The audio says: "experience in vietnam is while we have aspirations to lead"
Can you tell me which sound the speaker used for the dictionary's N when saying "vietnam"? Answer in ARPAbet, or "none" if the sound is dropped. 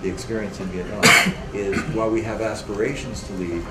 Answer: none